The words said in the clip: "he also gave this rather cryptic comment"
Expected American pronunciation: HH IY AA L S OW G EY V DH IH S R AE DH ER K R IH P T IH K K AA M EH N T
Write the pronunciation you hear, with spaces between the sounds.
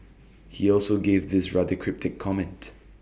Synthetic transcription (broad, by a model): HH IY AA L S OW G EY V DH IH S R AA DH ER K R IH P T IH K K AA M EH N T